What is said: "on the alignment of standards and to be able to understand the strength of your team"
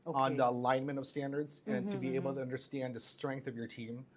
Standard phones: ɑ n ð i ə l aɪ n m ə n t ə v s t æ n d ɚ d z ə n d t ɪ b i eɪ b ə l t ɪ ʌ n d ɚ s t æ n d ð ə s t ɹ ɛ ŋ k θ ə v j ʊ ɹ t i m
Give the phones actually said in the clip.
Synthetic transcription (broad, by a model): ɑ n ð i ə l aɪ n m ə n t ə v s t æ n d ɚ d z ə n t ɪ b i eɪ b l t ɪ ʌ n d ɚ s t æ n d ð ə s t ɹ ɛ ŋ k θ ə v j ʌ ɹ t i m